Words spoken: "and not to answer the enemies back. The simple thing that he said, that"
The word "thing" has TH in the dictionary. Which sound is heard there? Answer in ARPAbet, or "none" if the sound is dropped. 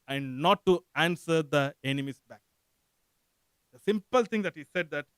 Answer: T